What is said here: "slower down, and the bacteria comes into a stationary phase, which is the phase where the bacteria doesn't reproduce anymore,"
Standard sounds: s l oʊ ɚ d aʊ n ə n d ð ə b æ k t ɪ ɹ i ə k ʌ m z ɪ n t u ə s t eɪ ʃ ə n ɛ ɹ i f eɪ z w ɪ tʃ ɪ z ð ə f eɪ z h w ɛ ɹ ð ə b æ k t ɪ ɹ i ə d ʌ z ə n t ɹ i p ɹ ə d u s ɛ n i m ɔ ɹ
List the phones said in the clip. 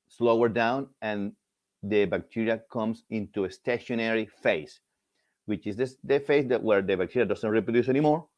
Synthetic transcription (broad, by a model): s l oʊ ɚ d aʊ n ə n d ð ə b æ k t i ɹ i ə k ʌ m s ɪ n t u ə s t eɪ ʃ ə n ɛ ɹ i f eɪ s w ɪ tʃ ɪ s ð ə f eɪ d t w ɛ ɹ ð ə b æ k t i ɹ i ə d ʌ s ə n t ɹ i p ɹ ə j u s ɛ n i m ɔ ɹ